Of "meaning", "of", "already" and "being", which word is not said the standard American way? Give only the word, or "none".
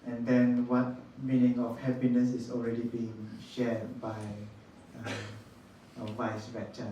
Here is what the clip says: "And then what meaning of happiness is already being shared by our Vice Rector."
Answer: of